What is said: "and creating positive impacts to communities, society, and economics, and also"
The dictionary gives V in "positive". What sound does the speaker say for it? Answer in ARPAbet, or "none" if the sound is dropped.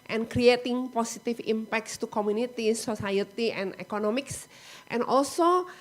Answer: F